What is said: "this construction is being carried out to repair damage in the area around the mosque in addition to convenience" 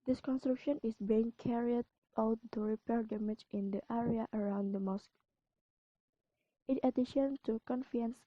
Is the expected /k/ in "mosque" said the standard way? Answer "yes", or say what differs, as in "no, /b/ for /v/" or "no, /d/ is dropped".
yes